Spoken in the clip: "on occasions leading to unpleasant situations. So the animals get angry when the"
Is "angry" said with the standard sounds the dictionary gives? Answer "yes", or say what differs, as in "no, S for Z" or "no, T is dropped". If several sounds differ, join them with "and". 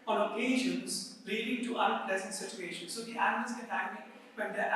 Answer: no, NG is dropped